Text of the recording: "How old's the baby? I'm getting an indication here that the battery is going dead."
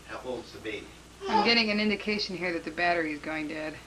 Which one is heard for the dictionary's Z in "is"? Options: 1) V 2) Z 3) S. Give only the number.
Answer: 2